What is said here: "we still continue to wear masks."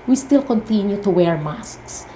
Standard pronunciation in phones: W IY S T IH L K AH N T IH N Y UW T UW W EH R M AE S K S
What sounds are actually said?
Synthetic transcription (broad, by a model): W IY S T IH L K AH N T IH N Y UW T UW W EH R M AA S K S